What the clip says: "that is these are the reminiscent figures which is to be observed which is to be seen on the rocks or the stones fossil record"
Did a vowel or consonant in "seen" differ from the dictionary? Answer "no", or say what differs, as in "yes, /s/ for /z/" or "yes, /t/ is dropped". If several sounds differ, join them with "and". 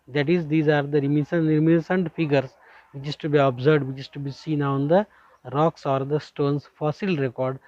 no